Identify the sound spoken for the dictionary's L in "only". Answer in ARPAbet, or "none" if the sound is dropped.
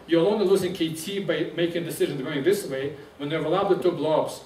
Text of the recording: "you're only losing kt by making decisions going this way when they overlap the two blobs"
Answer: none